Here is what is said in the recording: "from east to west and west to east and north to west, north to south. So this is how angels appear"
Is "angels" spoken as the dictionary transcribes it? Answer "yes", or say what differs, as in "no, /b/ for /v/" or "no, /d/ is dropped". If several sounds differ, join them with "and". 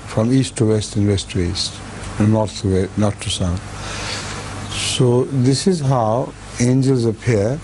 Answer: yes